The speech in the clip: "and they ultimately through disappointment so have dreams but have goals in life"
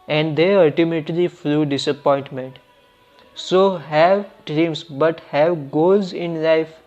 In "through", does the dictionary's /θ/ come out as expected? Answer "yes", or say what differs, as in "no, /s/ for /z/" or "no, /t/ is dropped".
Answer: no, /f/ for /θ/